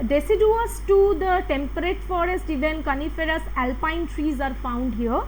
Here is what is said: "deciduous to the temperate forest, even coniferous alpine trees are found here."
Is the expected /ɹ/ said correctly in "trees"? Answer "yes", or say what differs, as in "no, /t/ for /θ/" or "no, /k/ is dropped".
yes